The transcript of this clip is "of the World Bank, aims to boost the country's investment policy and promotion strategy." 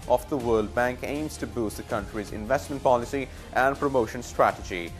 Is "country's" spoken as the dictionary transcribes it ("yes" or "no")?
yes